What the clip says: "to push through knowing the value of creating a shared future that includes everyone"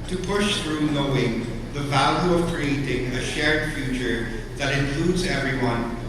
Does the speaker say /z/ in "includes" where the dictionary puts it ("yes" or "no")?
yes